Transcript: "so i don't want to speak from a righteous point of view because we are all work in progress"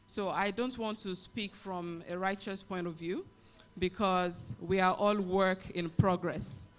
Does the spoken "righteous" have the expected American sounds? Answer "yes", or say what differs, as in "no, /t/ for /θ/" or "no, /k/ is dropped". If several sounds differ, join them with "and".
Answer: yes